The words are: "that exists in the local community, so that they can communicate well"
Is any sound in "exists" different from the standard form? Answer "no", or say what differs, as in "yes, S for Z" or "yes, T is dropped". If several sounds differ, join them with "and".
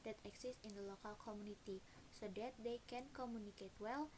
yes, S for Z and S is dropped